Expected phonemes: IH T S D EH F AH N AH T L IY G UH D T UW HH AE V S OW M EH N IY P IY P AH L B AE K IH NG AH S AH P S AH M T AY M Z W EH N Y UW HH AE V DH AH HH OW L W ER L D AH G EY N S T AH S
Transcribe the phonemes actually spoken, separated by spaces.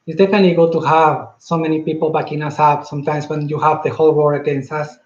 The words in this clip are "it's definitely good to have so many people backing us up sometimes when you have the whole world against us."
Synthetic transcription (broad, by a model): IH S D EH F AH N AH T L IY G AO T UW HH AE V S OW M EH N IY P IY P AH L B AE K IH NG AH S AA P S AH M T AY M S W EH N Y UW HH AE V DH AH HH OW L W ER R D AH G EY N S T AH S